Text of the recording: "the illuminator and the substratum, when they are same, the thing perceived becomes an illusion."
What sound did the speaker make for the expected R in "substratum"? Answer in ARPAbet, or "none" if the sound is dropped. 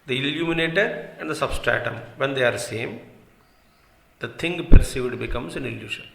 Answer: R